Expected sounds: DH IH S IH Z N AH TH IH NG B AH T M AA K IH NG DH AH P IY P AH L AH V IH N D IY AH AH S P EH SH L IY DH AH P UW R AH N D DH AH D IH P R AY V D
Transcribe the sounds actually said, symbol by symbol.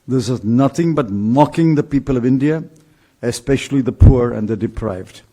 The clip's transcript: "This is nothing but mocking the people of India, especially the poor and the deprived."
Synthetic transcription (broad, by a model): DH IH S IH Z N AH TH IH NG B AH T M AA K IH NG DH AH P IY P AH L AH V IH N D IY AH AH S P EH SH L IY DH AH P UW R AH N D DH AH D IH P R AY V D